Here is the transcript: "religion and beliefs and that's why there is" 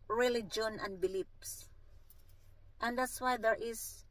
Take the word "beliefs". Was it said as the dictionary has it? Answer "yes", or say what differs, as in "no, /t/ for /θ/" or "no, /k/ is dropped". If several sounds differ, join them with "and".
no, /p/ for /f/